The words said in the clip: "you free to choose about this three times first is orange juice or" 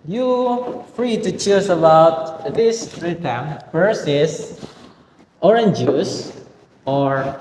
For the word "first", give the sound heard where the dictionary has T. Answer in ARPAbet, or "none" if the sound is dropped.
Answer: none